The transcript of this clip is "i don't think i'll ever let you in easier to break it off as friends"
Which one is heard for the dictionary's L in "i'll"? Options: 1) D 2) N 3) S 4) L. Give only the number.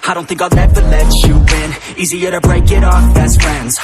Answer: 2